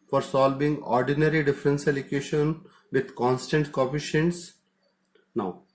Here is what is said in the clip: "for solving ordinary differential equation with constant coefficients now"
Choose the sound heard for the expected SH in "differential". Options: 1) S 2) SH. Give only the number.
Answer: 1